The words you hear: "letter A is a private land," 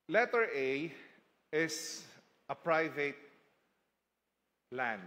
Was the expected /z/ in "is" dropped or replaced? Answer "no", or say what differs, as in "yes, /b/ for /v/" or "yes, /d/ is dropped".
yes, /s/ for /z/